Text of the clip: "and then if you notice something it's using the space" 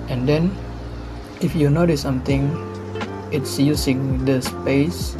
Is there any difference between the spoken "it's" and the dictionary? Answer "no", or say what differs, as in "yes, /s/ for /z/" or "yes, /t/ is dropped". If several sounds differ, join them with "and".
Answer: no